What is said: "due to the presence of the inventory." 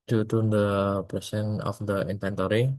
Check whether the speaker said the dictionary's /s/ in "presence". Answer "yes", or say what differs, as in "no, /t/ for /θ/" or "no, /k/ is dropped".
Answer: no, /s/ is dropped